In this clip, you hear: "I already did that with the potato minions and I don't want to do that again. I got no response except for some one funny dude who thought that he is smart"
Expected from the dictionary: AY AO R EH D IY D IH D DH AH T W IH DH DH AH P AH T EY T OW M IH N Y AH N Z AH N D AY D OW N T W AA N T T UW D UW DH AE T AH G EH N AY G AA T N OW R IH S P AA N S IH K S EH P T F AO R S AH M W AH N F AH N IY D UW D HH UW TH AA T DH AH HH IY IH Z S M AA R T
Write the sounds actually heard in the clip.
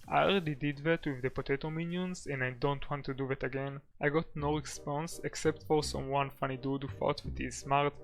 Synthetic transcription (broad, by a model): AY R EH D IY D IH D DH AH T W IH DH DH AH P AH T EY T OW M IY N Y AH N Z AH N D AY D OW N T W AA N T T UW D UW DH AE T AH G EH N AY G AA T N OW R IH S P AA N S IH K S EH P T F AO R S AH M W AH N F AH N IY D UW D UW F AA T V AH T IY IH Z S M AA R T